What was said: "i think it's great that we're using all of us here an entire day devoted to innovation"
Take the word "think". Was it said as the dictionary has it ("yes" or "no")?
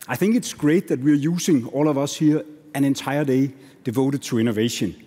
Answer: yes